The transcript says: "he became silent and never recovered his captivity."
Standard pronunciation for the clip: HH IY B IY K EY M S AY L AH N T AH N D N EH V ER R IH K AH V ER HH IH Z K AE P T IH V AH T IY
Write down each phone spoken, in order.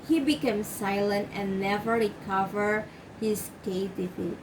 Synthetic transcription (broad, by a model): HH IY B IY K EY M S AY L AH N T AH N N EH V ER R IH K AH V ER HH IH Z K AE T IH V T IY